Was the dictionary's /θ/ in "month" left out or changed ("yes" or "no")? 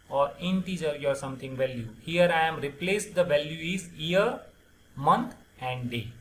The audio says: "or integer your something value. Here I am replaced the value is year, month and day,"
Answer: yes